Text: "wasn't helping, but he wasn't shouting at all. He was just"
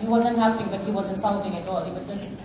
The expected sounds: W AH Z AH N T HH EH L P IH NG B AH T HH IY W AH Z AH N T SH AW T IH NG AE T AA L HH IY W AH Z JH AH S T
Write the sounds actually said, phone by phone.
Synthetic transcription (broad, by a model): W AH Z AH N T HH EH P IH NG B AH T HH IY W AH Z AH N T S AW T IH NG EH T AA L HH IY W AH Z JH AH S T